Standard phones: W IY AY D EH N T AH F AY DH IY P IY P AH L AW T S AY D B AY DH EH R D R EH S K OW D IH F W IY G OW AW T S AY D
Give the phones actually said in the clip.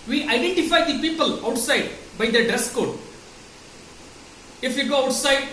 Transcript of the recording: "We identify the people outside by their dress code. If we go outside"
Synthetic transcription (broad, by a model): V IY AY D EH N T AH F AY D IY P IY P AH L AW T S AY D B AY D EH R D EH S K OW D IH F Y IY G OW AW T S AY D